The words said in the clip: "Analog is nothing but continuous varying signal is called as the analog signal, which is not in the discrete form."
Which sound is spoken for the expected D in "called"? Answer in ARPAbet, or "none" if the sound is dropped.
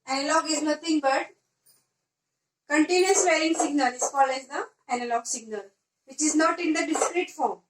none